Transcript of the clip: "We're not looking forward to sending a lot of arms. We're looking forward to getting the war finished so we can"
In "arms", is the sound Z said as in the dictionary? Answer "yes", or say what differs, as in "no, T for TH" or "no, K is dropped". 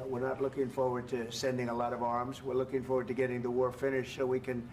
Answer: yes